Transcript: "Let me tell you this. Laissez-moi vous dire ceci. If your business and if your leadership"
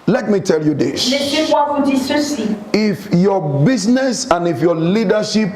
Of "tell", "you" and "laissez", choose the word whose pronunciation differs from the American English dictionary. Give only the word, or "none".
laissez